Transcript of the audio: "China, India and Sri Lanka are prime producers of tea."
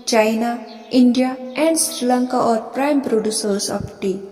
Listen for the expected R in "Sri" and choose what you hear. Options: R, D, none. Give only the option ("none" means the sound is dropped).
R